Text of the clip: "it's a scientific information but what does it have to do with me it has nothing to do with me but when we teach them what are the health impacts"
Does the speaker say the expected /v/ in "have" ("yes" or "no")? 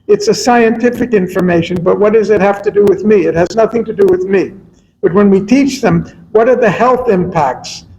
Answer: no